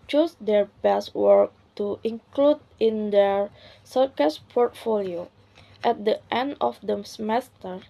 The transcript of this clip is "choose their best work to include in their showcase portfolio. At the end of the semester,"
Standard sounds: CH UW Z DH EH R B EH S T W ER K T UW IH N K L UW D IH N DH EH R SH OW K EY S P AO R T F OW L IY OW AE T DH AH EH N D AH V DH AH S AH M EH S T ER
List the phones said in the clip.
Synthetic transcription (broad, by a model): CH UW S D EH R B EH S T W ER K T UW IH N K L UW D IH N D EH R S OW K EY S P AO R T F OW L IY OW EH T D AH EH N D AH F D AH S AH M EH S T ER